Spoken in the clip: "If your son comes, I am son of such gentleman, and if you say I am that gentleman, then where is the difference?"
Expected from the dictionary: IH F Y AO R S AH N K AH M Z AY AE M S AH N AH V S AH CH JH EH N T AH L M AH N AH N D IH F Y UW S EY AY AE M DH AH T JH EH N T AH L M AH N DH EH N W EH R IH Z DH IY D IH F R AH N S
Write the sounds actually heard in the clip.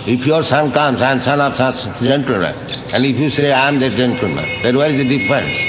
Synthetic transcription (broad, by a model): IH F Y AO R S AH N K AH M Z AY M S AH N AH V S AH S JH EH N T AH L M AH N AH N D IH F Y UW S EY AY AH M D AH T JH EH N T L M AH N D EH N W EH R IH Z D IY D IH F R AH N S